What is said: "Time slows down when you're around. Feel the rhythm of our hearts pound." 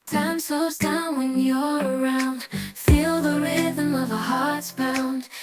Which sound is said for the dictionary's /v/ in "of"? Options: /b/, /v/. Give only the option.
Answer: /v/